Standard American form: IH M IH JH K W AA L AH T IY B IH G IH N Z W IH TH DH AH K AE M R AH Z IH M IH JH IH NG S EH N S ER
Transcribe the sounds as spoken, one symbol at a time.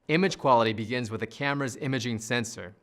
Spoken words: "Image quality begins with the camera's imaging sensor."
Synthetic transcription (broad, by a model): IH M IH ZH K W AA L AH T IY B IH G IH N Z W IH DH AH K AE M R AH Z IH M IH JH IH NG S EH N S ER